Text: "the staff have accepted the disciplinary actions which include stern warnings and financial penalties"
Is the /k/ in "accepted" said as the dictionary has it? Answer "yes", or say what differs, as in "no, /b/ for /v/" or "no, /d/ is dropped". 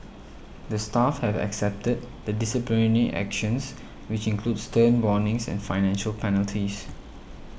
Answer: yes